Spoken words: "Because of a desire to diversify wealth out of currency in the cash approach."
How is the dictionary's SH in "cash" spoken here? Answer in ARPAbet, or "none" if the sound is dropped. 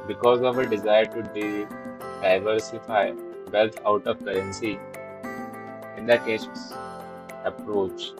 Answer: S